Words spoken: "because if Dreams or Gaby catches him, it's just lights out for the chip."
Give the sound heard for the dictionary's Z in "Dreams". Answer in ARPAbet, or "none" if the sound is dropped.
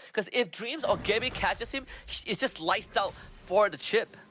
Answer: Z